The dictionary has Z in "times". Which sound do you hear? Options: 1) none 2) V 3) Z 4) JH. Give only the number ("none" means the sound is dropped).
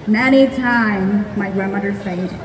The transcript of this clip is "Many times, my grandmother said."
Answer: 1